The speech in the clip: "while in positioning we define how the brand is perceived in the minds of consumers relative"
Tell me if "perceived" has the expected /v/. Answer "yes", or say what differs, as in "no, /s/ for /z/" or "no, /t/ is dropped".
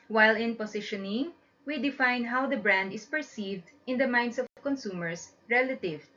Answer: yes